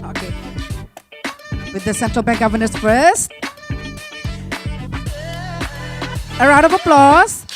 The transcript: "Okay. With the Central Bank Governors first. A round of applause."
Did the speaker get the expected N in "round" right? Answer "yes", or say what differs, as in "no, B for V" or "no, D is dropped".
no, N is dropped